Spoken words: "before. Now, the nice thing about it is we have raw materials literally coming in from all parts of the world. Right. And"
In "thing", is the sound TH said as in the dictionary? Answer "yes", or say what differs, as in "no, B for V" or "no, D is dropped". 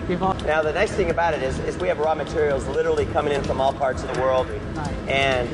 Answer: yes